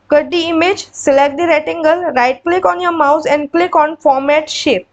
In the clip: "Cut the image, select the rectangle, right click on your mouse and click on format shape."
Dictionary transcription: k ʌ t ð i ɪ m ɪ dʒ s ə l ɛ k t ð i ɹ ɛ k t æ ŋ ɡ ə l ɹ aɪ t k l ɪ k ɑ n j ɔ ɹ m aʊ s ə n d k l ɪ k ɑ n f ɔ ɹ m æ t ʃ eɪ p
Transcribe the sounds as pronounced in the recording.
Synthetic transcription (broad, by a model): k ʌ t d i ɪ m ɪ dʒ s ə l ɛ k t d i ɹ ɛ t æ ŋ ɡ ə l ɹ aɪ t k l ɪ k ɑ n j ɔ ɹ m aʊ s ə n d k l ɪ k ɑ n f ɔ ɹ m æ t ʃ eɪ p